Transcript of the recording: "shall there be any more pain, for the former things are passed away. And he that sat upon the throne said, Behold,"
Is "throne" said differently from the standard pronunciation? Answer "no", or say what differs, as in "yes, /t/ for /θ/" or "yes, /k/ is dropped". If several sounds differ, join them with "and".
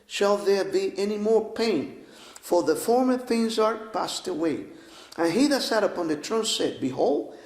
yes, /t/ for /θ/